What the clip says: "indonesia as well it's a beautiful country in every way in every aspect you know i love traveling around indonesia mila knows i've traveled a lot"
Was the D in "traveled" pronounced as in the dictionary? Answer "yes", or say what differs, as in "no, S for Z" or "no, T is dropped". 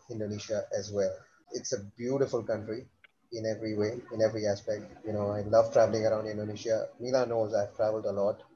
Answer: yes